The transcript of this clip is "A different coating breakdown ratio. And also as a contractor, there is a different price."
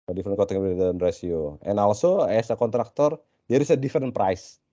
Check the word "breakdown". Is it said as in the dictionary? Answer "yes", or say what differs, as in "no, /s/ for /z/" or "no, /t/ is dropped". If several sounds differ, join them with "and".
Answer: no, /ɹ/ is dropped and /k/ is dropped